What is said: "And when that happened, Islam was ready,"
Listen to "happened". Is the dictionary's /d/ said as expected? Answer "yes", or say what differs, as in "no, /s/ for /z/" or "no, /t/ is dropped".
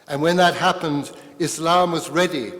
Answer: yes